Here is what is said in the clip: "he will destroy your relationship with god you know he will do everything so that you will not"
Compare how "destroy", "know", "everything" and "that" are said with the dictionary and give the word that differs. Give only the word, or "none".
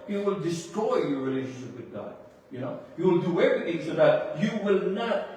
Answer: none